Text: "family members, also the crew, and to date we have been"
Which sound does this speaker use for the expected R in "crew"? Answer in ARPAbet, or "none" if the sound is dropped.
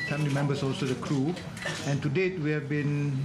R